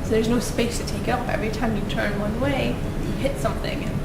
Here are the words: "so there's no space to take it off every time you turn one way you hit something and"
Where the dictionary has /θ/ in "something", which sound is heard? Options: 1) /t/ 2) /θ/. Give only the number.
2